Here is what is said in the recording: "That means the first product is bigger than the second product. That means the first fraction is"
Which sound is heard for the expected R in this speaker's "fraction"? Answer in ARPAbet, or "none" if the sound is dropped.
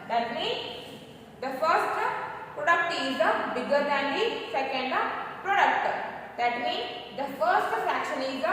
none